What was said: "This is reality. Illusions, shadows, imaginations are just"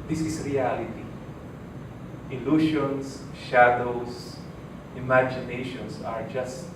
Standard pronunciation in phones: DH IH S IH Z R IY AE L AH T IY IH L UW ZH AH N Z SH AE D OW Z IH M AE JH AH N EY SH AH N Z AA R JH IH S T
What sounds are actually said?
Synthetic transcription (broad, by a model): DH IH S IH S R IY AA L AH T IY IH L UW SH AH N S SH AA D OW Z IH M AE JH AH N EY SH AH N S AA R JH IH S T